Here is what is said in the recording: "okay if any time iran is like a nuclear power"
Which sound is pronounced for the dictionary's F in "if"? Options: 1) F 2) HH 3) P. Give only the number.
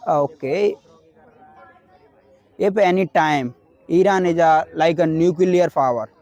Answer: 3